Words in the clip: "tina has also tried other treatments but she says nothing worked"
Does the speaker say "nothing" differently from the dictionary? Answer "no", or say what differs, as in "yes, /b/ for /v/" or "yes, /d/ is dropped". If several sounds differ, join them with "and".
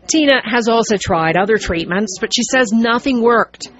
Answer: no